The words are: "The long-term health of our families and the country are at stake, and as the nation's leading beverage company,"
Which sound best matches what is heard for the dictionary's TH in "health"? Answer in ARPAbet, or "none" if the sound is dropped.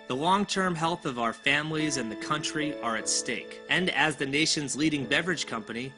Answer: TH